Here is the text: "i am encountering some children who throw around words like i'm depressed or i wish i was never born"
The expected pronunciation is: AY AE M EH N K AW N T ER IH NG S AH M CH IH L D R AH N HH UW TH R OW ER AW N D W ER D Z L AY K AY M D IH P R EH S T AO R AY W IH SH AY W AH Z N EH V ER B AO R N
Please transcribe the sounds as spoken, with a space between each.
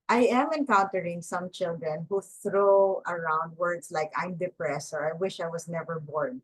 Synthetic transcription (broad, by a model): AY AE M EH N K AW N T ER IH NG S AH M CH IH L D R AH N HH UW TH R OW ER AW N D W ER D S L AY K AY M D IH P R EH S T AO R AY W IH SH AY W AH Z N EH V ER B AO R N